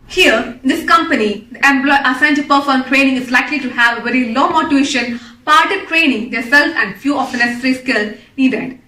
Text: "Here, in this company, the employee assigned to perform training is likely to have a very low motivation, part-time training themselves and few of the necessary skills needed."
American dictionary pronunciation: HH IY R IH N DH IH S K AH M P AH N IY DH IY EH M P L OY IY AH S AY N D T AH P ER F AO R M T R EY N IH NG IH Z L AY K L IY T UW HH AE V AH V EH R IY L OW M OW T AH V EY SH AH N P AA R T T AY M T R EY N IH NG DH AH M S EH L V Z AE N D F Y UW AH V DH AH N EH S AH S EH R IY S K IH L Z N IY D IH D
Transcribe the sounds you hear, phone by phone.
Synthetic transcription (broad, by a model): HH IY R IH N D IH S K AH M P AH N IY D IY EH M B L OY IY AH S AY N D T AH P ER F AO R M T R EY N IH NG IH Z L AY K L IY T UW HH AE V AH V EH R IY L OW M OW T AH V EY SH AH N P AA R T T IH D T R EY N IH NG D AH S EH L Z AE N D F Y UW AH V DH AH N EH S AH S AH R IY S K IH L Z N IY D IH D